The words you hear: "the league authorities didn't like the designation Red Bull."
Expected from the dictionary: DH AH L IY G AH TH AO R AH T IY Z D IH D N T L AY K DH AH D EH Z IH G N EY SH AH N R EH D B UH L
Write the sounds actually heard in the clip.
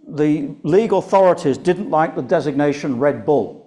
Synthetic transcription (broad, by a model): DH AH L IY G AH TH AO R AH T IY Z D IH D N T L AY K DH AH D EH Z IH G N EY SH AH N R EH D B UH L